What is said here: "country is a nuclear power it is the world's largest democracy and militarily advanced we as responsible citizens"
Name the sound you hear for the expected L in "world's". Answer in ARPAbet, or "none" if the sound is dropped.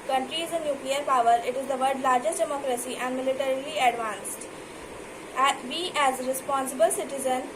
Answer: none